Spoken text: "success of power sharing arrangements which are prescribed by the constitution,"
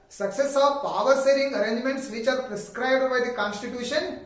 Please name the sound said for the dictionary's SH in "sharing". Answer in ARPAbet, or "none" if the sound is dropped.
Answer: S